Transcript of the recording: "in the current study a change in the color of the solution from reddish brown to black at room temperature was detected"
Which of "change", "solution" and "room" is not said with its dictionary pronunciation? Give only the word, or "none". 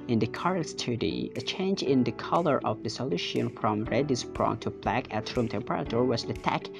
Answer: none